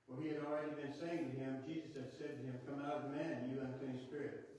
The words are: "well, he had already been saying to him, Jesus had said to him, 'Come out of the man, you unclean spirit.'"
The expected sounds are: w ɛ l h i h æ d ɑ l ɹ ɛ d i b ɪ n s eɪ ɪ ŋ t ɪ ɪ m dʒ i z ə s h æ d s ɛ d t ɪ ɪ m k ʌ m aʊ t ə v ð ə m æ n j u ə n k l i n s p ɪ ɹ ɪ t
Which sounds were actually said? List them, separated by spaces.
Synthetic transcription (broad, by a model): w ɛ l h i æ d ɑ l ɹ ɛ d i b ɪ n s eɪ ɪ ŋ t ɪ ɪ m dʒ i z ə s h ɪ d s ɛ d t ɪ ɪ m k ʌ m aʊ t ə v m æ n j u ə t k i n s p ɪ ɹ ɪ t